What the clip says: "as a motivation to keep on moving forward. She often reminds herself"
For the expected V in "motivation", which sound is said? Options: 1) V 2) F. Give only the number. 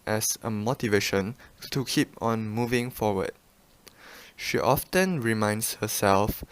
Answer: 1